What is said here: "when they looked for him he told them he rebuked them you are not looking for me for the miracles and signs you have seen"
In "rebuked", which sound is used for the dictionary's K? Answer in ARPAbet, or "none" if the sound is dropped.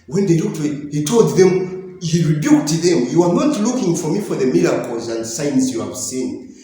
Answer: K